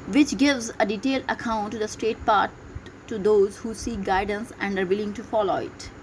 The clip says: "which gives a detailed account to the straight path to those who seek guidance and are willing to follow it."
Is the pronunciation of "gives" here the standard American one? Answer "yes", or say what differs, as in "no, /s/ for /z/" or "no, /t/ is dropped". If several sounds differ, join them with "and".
yes